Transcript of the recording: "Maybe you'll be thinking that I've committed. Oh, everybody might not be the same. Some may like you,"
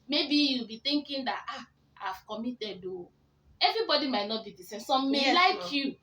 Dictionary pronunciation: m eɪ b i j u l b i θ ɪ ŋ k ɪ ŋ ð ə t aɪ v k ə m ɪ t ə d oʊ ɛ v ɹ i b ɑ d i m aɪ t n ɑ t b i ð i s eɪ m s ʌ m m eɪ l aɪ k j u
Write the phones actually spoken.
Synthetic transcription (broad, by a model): m eɪ b i j u l b i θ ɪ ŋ k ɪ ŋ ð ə t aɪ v k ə m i t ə d oʊ ɛ v ɹ i b ɑ d i m aɪ t n ɑ t b i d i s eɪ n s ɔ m m eɪ l aɪ k j u